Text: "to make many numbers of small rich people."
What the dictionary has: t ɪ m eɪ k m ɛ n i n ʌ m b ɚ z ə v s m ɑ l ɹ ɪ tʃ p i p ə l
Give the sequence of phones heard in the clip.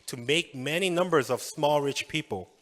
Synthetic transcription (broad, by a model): t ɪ m eɪ k m ɛ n i n ʌ m b ɚ z ə v s m ɑ l ɹ ɪ tʃ p i p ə l